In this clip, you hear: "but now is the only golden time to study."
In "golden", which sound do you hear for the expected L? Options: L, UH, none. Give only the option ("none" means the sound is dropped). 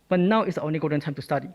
none